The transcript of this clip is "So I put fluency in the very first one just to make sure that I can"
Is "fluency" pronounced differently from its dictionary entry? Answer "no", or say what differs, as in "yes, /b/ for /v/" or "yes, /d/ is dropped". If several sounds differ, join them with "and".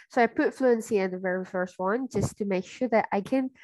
no